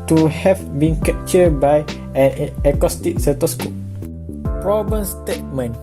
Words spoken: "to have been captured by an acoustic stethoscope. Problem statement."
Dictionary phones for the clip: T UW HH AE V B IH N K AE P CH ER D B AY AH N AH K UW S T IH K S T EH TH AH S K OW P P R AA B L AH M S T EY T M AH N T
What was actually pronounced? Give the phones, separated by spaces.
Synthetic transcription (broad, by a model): T UW HH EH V B IH N K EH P CH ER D B AY AH N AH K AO S T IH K S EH T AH S K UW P P R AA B AH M S T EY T M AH N